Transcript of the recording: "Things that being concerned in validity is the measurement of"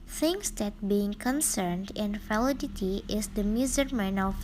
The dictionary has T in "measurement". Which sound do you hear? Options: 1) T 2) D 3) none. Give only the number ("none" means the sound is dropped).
3